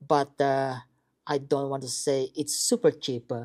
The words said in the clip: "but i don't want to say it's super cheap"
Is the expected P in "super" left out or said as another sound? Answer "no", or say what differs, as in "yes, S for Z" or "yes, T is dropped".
no